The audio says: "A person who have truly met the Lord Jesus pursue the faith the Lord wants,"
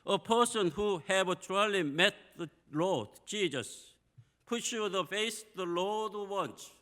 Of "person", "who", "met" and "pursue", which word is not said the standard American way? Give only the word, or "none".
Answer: pursue